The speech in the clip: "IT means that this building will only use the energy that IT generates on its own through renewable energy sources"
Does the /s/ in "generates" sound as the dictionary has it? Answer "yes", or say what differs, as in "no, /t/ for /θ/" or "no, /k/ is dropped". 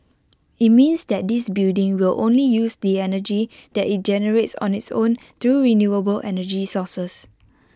yes